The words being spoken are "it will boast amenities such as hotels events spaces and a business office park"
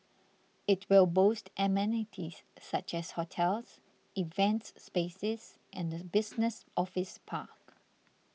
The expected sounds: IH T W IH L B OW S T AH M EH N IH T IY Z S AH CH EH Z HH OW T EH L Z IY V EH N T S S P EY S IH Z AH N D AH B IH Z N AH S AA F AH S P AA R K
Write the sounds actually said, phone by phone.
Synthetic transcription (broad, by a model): IH T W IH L B OW S T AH M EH N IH T IY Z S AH CH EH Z HH OW T EH L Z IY V EH N T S S P EY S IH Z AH N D AH B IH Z N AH S AA F AH S P AA K